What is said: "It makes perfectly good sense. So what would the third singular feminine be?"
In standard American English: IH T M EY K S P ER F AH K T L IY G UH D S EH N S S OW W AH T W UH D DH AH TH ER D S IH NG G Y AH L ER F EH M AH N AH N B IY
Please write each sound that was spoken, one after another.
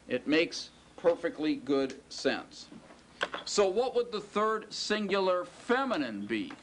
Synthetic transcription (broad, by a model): IH T M EY K S P ER F AH K T L IY G UH D S EH N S S OW W AH T W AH D DH AH TH ER D S IH NG G Y L ER F EH M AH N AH N B IY